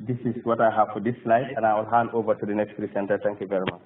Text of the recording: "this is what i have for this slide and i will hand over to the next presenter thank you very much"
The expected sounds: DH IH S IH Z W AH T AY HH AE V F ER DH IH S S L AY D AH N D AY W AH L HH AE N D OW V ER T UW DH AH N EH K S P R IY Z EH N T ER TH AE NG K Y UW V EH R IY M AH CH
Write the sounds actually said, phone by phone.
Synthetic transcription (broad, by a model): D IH S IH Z W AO T AY HH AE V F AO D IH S S L AY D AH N AY W AH L HH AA N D OW V ER T UW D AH N EH K S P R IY S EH N T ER T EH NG K Y UW V EH R IY M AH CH